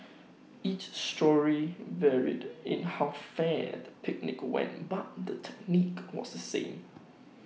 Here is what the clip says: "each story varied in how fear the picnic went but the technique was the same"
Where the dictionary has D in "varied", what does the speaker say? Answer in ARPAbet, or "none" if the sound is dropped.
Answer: D